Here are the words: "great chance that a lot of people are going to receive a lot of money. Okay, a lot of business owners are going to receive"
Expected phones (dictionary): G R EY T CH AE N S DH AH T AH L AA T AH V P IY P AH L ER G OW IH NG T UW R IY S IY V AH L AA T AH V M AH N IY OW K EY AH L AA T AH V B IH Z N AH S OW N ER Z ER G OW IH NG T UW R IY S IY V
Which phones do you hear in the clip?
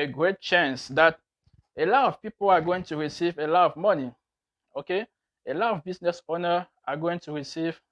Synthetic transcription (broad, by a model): G R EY T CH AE N S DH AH T AH L AA T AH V P IY P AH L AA G OW IH NG T UW R IY S IY V AH L AA T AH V M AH N IY OW K EY AH L AA T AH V B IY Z N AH S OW N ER AA G OW IH NG T UW R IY S IY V